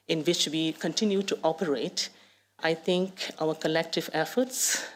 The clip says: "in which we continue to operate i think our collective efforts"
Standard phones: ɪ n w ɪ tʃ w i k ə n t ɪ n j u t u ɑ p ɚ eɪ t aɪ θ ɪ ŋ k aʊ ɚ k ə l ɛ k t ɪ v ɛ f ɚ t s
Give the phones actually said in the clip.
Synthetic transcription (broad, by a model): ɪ n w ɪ tʃ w i k ə n t ɪ n j u t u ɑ p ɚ eɪ t aɪ t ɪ ŋ k aʊ ɚ k ə l ɛ k t ɪ v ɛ f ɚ t s